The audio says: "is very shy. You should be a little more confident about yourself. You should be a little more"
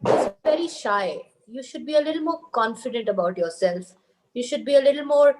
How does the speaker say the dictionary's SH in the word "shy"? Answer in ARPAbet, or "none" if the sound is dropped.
SH